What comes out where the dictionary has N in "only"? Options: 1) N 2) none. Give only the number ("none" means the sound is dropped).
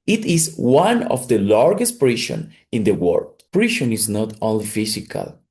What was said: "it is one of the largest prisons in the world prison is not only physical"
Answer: 2